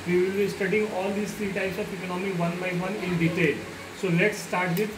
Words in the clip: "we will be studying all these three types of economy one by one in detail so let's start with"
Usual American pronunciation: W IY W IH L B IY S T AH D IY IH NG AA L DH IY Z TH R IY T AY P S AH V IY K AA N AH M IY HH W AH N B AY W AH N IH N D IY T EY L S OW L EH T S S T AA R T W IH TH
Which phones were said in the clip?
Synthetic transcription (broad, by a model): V IY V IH L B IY S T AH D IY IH NG AA L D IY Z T R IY T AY S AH P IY K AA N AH M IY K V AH N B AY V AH N IH N D IY T EY L S OW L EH T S S T AA R T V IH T